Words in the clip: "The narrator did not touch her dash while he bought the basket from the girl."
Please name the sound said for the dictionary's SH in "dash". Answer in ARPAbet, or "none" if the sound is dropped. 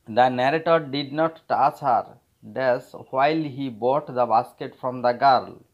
S